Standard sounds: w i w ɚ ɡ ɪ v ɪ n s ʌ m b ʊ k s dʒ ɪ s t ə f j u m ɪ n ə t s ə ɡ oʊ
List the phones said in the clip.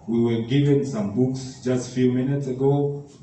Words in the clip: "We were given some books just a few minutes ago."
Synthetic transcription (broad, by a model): w i w ɚ ɡ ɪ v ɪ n s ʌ m b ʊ k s dʒ ɪ s t f j u m ɪ n ə t s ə ɡ oʊ